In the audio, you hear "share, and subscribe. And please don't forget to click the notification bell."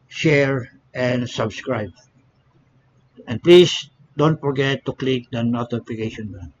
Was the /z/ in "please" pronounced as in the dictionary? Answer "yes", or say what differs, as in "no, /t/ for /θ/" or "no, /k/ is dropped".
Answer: no, /s/ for /z/